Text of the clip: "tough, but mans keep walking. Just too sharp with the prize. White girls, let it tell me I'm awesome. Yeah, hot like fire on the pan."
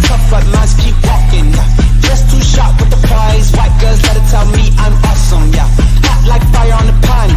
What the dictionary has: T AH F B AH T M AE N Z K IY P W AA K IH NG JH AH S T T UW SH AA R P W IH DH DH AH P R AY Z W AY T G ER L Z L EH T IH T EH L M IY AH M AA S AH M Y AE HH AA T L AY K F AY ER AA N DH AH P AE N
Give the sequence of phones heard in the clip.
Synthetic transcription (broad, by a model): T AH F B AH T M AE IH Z K IY P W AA K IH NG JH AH S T T UW SH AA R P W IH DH DH AH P AY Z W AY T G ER Z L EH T IH T EH L M IY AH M AA S AH M Y AE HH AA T L AY K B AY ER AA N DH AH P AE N